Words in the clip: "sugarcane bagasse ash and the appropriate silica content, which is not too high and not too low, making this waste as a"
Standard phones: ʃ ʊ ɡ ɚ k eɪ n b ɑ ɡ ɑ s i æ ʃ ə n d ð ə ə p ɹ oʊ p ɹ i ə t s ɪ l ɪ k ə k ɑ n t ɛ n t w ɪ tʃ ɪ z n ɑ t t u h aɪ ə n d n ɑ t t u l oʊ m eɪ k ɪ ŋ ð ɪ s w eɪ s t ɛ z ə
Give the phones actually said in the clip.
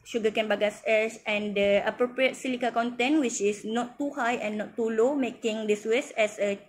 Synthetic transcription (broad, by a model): ʃ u ɡ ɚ k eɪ n b ɑ ɡ ɑ s i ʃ ə n d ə ə p ɹ oʊ p ɹ i ə t s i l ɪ k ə k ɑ n t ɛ n w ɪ tʃ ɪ s n ɑ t t u h aɪ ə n n ɑ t t u l oʊ m eɪ k ɪ ŋ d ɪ s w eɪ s ɛ s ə